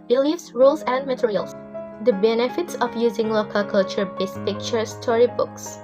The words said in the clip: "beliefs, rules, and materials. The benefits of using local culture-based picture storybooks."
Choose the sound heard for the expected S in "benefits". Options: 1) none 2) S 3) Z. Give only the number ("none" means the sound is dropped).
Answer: 2